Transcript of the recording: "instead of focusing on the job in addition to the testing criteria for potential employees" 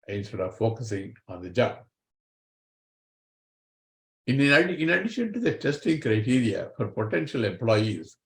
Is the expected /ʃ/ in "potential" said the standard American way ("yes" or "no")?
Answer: yes